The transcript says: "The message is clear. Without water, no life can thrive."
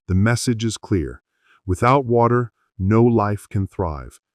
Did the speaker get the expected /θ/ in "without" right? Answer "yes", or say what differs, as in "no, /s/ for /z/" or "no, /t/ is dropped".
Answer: yes